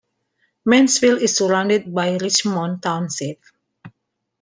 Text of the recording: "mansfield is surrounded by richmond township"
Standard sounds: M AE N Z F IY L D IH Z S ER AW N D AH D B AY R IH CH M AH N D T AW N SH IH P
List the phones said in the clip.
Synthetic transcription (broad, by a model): M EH N S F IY L IH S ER AW N D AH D B AY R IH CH M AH N T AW N S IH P